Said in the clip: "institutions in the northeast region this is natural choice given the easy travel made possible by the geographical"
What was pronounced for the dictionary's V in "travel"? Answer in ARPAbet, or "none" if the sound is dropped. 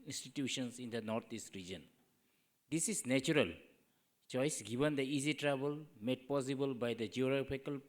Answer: B